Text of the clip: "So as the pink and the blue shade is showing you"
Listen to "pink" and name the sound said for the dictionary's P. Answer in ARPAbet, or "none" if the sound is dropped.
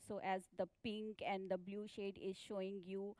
P